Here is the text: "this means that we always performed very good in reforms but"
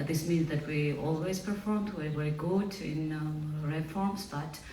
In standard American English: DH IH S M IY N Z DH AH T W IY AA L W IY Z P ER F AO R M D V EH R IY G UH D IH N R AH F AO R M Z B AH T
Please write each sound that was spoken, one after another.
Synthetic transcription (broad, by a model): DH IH S M IY N Z DH AH T W IY AA L W IY Z P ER F AO R M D W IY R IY G UH D IH N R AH F AO R M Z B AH T